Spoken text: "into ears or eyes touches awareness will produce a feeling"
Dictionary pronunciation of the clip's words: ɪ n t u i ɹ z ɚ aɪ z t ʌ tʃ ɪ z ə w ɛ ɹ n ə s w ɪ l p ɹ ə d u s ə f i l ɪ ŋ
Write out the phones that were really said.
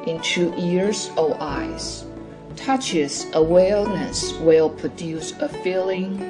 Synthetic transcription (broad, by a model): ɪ n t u i ɹ z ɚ aɪ z t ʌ tʃ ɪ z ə w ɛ l n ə s w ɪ l p ɹ ə d u s ə f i l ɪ ŋ